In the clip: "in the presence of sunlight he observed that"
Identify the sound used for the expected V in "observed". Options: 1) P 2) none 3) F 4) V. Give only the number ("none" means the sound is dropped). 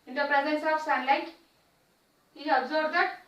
2